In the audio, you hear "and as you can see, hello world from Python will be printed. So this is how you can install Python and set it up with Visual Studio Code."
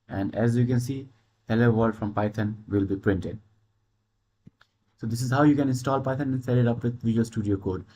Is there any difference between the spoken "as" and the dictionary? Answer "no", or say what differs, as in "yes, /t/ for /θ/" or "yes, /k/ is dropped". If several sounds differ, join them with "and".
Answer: no